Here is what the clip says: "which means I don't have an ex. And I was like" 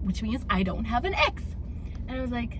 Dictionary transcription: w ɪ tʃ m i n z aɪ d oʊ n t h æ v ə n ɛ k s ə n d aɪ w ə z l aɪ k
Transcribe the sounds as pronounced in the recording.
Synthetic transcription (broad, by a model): w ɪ tʃ m i n z aɪ d oʊ n t h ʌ v ə n ɛ k s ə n aɪ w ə z l aɪ k